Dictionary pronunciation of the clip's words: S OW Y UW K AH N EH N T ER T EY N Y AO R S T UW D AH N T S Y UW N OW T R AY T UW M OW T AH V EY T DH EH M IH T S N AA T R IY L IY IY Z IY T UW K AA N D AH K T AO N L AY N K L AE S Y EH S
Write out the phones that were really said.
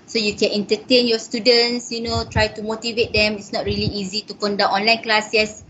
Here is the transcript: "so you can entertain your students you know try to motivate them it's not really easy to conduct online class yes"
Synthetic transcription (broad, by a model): S OW Y UW K AH N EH N T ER T EY N Y AO S T UW D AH N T S Y UW N OW T R AY T UW M OW T AH V EY T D EH M IH T S N AA T R IY L IY IY Z IY T UW K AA N D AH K AO N L AY N K L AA S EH S